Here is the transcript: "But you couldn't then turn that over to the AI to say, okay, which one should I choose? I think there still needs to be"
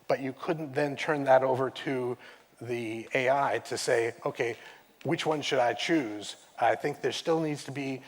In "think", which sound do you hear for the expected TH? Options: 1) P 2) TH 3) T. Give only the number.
2